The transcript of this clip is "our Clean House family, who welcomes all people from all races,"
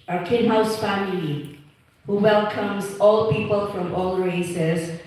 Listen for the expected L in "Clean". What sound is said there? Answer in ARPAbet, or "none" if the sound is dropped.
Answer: none